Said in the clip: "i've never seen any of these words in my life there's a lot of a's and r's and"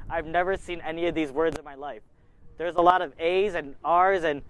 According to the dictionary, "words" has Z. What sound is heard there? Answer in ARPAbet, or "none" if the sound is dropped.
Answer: Z